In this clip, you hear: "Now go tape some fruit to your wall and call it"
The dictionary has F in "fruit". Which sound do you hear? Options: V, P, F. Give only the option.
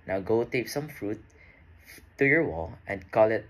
F